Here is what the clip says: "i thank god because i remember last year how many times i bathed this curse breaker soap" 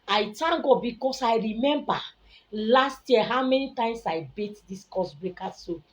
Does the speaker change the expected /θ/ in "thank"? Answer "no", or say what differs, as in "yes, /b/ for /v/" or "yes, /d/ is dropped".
yes, /t/ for /θ/